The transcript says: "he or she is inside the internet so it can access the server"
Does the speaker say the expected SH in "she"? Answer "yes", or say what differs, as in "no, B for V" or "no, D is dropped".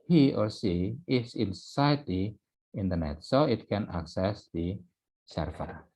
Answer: no, S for SH